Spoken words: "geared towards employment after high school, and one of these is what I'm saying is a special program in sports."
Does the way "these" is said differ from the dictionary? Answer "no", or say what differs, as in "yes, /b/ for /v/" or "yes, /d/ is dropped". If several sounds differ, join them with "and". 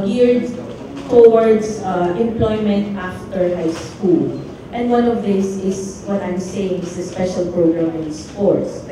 yes, /s/ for /z/